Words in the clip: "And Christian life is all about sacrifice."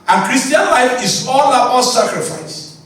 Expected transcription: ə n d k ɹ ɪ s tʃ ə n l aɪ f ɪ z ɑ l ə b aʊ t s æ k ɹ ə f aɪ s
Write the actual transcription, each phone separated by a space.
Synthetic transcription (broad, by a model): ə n k ɹ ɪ s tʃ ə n l aɪ f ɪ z ɑ l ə ɔ s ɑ k ɹ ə f aɪ s